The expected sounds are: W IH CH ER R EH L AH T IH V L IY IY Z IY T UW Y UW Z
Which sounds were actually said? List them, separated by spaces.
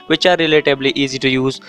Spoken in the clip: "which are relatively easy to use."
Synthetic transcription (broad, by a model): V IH CH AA R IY L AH T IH B L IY IY Z IY T UW Y UW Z